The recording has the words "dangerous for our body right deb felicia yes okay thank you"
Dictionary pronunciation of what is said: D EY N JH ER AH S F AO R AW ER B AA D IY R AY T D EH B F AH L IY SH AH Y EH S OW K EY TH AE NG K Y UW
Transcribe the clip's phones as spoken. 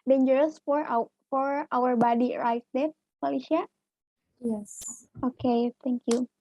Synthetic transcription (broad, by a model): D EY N JH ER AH S F AO R AW ER B AA D IY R AY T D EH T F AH L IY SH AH Y EH S OW K EY T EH NG K Y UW